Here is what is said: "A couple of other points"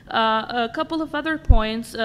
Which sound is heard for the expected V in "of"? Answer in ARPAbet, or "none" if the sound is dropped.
V